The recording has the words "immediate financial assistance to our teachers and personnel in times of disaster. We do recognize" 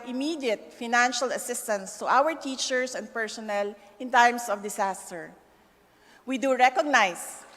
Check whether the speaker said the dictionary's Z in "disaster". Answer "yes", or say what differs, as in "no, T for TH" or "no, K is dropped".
no, S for Z